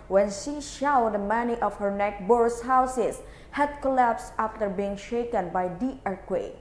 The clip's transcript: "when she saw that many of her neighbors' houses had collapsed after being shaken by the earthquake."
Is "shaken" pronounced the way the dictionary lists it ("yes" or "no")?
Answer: yes